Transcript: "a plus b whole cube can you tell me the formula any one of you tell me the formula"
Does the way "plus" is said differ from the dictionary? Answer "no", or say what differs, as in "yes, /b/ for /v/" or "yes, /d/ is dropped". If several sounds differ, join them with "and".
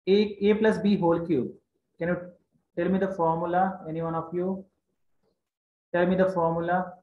no